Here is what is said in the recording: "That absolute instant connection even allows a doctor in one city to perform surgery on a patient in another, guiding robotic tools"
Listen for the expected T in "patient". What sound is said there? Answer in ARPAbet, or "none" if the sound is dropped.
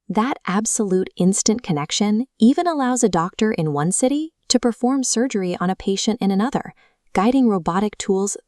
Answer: T